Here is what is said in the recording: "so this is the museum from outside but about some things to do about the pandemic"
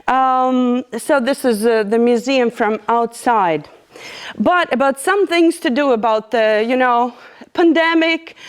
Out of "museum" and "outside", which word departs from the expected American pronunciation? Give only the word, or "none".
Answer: none